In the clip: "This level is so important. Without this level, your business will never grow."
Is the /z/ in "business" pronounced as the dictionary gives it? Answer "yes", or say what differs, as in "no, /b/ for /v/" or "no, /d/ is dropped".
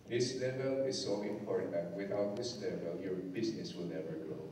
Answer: no, /s/ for /z/